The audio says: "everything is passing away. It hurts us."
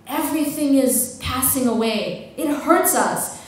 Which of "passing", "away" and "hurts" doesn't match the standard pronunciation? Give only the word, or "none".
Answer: none